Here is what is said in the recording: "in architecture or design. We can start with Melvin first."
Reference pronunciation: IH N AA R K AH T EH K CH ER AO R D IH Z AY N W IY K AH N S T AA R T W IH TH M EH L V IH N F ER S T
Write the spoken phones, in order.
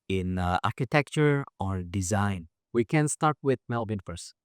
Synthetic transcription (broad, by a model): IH N AA R K AH T EH K CH ER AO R D IH Z AY N W IY K AH N S T AA R T W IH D M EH L B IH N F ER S